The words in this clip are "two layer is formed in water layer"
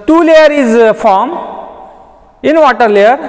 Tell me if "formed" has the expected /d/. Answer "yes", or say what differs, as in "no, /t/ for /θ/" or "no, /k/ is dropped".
no, /d/ is dropped